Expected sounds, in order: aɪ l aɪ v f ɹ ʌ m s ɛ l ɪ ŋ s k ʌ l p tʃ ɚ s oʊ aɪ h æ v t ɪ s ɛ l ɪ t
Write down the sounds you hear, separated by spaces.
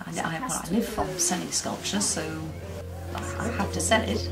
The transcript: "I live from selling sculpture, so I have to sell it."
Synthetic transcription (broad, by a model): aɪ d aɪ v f ɹ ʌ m s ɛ n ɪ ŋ s k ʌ l p tʃ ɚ s oʊ aɪ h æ f t ɪ s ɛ n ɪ t